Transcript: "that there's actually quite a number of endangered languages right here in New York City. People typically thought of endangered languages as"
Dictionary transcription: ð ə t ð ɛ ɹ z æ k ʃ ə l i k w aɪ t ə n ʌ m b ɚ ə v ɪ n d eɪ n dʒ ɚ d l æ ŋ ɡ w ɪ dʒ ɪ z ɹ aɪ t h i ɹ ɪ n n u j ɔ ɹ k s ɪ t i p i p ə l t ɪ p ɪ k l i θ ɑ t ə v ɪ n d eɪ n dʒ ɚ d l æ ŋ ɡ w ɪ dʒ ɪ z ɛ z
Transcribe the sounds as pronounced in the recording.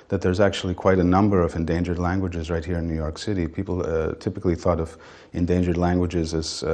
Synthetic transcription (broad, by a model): ð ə t ð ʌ ɹ z æ k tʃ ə l i k w aɪ t ə n ʌ m b ɚ ə v ɪ n d eɪ n dʒ ɚ d l æ ŋ ɡ w ɪ dʒ ɪ z ɹ aɪ t h i ɹ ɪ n n u j ɔ ɹ k s ɪ t i p i p l t ɪ p ɪ k l i θ ɑ t ə v ɪ n d eɪ n dʒ ɚ d l æ ŋ ɡ w ɪ dʒ ɪ z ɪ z